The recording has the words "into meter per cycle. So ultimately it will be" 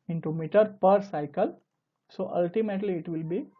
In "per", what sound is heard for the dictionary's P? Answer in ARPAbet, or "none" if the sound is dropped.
P